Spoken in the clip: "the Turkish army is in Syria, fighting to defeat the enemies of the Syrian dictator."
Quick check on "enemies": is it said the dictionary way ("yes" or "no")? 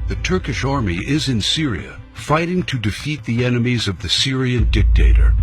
yes